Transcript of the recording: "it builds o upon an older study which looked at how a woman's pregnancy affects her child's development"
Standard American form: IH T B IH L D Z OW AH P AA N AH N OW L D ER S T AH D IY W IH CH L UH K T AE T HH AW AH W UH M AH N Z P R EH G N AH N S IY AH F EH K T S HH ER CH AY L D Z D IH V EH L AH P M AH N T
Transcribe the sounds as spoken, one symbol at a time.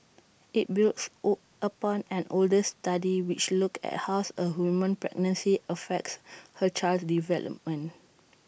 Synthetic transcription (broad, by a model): IH T B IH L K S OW AH P AA N AH N OW L D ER S T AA D IY W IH CH L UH K EH T HH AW AH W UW M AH N P R EH G N AH N S IY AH F EH K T S HH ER CH AY L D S D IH V EH L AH P M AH N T